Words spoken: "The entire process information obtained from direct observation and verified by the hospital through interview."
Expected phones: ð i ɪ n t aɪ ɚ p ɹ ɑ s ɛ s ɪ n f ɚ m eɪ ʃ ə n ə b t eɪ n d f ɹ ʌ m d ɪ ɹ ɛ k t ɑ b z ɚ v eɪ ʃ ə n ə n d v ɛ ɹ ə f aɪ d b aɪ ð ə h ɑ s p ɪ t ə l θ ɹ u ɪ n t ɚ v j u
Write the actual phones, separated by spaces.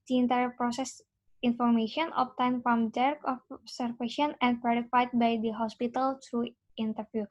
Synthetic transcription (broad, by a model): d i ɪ n t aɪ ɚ p ɹ ɑ s ɛ s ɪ n f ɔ m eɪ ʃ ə n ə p t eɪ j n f ɹ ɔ m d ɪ ɹ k ɑ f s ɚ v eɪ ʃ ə n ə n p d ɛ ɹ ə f aɪ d b aɪ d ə h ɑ s p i t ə l t ɹ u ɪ n t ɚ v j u